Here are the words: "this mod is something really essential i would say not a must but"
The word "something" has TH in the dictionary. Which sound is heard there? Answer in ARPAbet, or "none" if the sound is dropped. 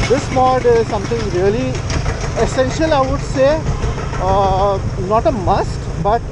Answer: T